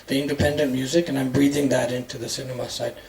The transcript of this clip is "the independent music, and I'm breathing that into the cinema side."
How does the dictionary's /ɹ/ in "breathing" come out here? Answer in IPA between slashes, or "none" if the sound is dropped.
/ɹ/